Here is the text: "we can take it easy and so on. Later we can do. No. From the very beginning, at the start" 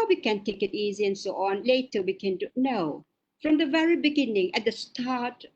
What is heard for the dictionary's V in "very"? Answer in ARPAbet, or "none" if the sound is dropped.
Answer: V